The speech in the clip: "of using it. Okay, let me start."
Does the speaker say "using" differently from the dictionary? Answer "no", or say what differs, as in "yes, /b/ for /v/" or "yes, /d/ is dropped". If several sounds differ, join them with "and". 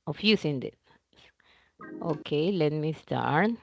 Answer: yes, /s/ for /z/